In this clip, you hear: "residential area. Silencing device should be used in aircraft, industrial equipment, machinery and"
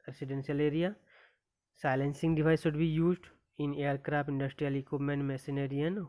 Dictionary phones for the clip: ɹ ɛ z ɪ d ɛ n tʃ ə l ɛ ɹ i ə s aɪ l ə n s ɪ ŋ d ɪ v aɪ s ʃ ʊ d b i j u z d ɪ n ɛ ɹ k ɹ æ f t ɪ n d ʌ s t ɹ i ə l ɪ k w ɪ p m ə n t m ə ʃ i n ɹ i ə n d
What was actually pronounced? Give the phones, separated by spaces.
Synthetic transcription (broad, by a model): ɹ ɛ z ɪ d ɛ n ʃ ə l ɛ ɹ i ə s aɪ l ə n s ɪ ŋ d ɪ v aɪ s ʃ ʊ d b i j u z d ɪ n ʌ ɹ k ɹ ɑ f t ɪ n d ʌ s t ɹ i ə l ɪ k w ɪ p m ə n t m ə s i n ɹ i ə n